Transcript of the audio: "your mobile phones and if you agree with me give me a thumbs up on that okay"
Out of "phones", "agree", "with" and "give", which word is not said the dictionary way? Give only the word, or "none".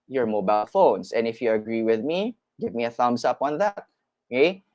phones